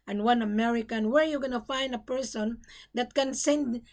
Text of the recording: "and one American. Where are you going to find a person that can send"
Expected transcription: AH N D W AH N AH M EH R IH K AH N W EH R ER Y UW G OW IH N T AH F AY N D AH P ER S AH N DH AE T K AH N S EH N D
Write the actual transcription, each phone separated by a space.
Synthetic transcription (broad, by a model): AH N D W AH N AH M EH R IH K AH N W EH R Y UW G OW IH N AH F AY N D AH P ER S AH N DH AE T K AH N S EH N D